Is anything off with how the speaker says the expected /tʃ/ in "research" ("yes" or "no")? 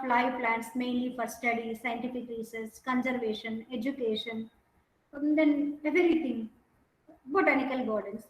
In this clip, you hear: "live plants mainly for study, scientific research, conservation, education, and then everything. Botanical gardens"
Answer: yes